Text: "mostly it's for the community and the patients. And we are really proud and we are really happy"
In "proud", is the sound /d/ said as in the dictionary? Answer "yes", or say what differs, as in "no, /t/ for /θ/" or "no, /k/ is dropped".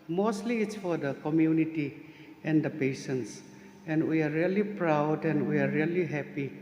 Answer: yes